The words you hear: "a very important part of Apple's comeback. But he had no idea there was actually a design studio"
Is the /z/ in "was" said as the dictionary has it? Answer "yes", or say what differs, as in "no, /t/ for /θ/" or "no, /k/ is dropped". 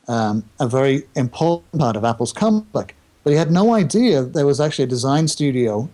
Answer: yes